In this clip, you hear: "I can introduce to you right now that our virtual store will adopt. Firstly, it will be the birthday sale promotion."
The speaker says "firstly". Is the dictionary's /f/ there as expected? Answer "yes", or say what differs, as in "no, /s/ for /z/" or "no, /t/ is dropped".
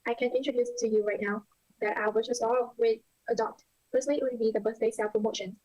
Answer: no, /p/ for /f/